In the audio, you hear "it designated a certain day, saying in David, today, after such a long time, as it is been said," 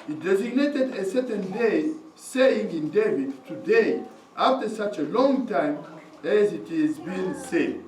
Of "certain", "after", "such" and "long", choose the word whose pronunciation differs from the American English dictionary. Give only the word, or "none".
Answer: none